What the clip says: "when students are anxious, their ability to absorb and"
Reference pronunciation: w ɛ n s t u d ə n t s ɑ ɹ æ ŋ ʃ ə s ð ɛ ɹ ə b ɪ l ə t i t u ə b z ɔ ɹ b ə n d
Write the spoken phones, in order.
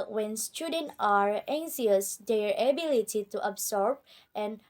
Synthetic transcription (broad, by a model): w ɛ n s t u d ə n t ɑ ɹ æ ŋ s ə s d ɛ ɹ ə b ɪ l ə t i t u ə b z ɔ ɹ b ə n